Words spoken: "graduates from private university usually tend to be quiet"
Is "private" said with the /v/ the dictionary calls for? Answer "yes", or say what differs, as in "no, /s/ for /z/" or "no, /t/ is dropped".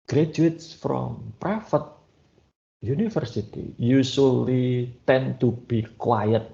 no, /f/ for /v/